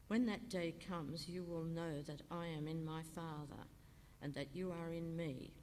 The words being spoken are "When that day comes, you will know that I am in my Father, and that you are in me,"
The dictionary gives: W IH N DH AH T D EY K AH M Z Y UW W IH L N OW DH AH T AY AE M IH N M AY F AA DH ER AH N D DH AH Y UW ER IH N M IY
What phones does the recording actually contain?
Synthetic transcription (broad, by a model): W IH N DH AH T D EY K AH M Z Y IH W IH L N OW DH AH T AY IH M IH N M AY F AA DH ER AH N DH AH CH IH ER IH N M IY